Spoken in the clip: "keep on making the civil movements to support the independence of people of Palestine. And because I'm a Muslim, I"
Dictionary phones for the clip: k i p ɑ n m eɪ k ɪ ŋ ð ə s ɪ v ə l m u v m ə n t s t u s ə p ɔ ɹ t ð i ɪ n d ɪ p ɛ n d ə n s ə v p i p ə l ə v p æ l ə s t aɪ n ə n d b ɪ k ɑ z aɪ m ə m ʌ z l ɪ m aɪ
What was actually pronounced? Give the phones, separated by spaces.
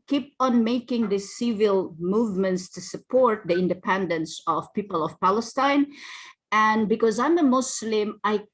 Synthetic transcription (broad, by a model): k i p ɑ n m eɪ k ɪ ŋ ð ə s ɪ v ə l m u v m ə n t s t u s ə p ɔ ɹ t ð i ɪ n d ɪ p ɛ n d ə n s ə v p i p ə l ə v p æ l ə s t aɪ n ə n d b ɪ k ɑ z aɪ m ə m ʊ s l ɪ m aɪ